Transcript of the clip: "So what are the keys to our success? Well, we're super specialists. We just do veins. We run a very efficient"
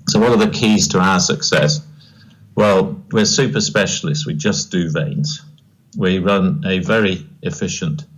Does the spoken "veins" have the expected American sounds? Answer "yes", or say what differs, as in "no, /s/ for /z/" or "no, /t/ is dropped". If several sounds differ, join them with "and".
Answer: yes